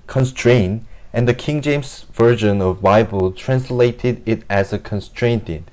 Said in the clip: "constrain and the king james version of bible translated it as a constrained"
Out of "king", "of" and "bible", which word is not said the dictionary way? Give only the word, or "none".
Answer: none